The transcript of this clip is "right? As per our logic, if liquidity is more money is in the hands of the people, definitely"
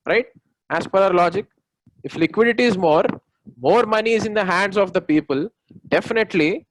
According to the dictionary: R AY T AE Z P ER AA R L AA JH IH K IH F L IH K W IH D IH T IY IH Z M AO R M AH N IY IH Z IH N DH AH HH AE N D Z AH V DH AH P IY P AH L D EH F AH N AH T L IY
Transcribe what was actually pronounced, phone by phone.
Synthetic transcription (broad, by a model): R AY T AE S P ER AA R L AA JH IH K IH F L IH K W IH D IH T IY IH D M AO R M AH N IY IH Z IH N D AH HH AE N D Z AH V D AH P IY P AH L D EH F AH N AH T L IY